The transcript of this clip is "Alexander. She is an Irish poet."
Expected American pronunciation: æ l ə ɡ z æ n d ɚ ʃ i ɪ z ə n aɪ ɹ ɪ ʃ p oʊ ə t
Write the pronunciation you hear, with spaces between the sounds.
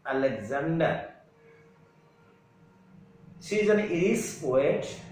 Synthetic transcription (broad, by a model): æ l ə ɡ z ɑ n d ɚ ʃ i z ə n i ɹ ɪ s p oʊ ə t